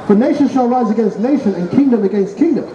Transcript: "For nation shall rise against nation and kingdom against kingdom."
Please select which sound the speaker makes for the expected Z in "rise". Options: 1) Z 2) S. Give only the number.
1